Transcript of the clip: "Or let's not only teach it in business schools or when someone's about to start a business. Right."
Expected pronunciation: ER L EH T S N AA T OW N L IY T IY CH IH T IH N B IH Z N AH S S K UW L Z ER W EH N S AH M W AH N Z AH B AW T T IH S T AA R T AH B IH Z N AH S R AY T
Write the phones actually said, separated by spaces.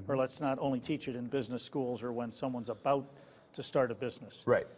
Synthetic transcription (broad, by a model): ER L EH T S N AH T OW N L IY T IY CH IH T IH N B IH Z N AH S S K UW L Z ER W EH N S AH M W AH N Z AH B AW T T IH S T AA R T AH B IH Z N AH S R AY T